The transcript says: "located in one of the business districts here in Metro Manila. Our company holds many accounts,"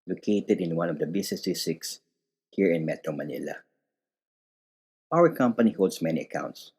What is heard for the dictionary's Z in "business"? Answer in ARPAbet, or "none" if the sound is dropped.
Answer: S